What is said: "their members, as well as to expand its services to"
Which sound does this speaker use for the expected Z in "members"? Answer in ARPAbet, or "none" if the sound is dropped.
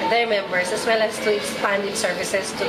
S